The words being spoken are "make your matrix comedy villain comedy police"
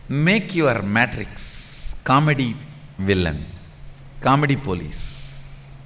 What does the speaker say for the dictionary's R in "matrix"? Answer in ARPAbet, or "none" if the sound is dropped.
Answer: R